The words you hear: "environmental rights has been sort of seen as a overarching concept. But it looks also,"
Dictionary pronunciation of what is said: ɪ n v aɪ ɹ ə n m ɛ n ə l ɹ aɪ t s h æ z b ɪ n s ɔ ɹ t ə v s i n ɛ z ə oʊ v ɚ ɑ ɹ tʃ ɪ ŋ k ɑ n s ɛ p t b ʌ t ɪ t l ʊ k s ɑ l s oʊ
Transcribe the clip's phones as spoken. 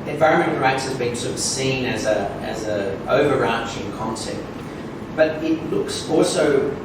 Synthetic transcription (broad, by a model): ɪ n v aɪ ɹ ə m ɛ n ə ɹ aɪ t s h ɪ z b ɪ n s ɔ ɹ t ə v s i n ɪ z ə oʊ v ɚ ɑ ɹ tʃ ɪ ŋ k ɑ n s ɛ p t b ʌ t ɪ t l ʊ k s ɑ l s oʊ